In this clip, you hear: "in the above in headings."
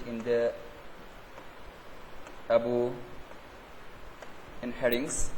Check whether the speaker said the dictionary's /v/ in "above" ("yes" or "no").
no